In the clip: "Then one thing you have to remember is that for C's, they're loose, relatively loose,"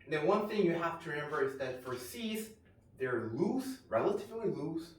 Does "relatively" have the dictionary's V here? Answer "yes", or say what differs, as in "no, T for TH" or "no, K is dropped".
yes